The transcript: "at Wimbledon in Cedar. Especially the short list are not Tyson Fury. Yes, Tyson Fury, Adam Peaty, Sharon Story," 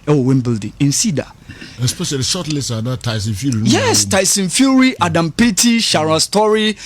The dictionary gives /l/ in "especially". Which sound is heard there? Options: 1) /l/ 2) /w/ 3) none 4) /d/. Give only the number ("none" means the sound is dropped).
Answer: 3